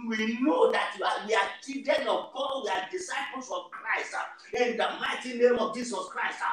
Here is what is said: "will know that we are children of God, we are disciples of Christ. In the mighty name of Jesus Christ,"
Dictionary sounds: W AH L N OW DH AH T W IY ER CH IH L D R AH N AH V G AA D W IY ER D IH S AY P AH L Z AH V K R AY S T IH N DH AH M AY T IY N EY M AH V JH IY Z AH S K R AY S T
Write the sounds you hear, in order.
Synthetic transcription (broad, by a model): W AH N OW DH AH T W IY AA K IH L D AH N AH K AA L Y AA D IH S AY P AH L S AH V K R AY S T IH N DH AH M AY T IY N EY M AH V JH IY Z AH S K R AY S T